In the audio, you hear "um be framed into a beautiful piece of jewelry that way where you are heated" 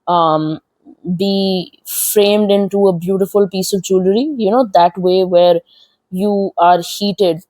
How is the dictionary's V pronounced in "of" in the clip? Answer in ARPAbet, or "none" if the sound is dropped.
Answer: V